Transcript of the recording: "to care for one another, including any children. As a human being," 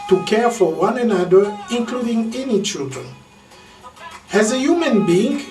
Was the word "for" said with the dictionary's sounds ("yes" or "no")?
yes